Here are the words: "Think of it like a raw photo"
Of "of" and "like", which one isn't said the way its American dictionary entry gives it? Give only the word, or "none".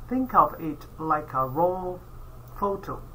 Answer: none